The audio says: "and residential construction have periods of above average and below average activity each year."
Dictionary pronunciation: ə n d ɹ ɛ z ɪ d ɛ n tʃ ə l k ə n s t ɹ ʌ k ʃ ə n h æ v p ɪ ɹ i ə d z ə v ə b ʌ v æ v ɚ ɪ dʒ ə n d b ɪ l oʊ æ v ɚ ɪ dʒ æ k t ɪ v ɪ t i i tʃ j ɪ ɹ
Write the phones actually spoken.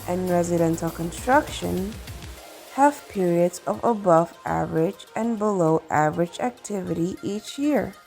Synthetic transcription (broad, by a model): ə n ɹ ɛ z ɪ d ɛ n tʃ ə l k ə n s t ɹ ʌ k ʃ ə n h æ v p ɪ ɹ i ə d z ə v ə b ʌ v æ v ɚ ɪ dʒ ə n b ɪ l oʊ æ v ɚ ɪ dʒ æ k t ɪ v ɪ t i i tʃ j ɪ ɹ